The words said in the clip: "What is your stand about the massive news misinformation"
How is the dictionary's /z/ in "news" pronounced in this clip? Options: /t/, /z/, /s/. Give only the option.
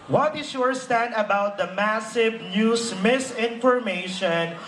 /s/